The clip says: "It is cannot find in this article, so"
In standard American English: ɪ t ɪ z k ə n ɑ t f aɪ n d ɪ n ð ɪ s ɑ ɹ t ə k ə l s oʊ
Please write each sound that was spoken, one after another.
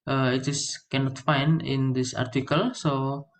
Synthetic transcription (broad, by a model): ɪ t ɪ s k ə n ɑ t f aɪ n ɪ n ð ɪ s ɑ ɹ t ə k ə l s oʊ